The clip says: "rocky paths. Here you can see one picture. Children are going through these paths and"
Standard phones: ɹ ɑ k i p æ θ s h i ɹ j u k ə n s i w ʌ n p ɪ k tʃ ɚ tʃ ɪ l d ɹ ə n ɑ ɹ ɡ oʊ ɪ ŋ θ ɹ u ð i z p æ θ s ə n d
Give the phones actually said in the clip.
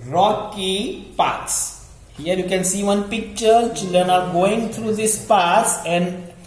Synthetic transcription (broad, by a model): ɹ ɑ k i p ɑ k s h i ɹ j u k ə n s i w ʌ n p ɪ k tʃ ɚ tʃ ɪ l d ɹ ə n ɑ ɹ ɡ oʊ ɪ ŋ t ɹ u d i s p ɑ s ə n d